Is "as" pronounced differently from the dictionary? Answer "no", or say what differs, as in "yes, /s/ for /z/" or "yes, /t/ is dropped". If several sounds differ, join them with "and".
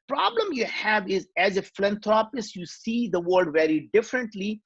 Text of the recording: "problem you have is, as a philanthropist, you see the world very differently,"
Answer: no